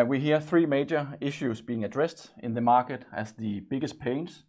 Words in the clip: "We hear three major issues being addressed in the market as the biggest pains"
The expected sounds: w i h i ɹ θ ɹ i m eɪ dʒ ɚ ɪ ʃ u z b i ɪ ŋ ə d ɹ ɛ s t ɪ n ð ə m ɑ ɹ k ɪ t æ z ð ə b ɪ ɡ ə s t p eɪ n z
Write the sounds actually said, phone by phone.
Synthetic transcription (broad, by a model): w i h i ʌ θ ɹ i m eɪ dʒ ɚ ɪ ʃ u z b i ɪ ŋ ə d ɹ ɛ s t ɪ n ð ə m ɑ k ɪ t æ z ð ə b ɪ ɡ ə s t p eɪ n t